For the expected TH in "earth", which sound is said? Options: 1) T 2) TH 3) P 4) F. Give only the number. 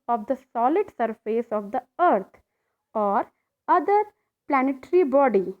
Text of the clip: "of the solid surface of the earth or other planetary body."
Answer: 1